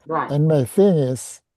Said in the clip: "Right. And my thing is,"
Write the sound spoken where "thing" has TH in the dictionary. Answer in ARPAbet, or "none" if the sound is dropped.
TH